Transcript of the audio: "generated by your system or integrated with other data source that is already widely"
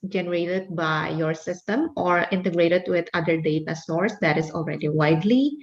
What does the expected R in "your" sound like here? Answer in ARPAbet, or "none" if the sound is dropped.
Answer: R